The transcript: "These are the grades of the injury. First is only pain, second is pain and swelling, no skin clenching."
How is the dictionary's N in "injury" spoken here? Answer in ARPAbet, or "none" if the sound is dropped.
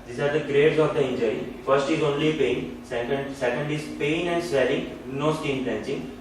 N